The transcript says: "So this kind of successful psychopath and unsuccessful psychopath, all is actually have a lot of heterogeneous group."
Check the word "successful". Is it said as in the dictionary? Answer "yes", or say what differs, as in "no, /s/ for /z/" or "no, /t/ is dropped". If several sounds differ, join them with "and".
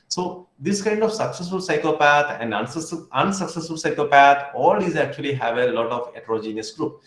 yes